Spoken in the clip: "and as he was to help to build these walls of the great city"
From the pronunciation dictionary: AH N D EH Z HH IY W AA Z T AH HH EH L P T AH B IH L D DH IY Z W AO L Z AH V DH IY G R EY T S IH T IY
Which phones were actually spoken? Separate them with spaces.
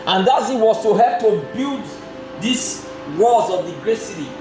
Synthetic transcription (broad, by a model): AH N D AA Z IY W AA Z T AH HH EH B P T AH B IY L D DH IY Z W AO Z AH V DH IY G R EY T S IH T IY